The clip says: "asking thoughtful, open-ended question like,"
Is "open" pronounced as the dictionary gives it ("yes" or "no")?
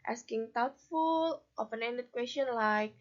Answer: no